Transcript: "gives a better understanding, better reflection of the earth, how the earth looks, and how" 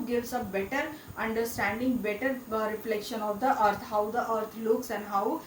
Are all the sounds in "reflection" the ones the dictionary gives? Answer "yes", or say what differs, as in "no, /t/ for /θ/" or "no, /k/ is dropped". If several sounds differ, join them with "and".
yes